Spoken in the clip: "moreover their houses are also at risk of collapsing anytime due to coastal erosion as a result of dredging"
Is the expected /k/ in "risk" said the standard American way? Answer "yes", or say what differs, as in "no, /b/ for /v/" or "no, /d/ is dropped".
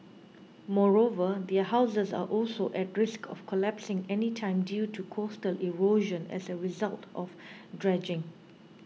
yes